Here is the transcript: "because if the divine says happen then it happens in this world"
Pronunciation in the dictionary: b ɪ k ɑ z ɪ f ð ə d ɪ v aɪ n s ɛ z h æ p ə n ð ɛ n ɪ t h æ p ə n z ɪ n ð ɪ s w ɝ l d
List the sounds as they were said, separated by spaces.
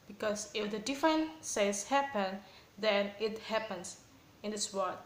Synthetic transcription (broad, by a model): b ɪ k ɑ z ɪ f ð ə d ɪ f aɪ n s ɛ s h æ p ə n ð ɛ n ɪ t h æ p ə n s ɪ n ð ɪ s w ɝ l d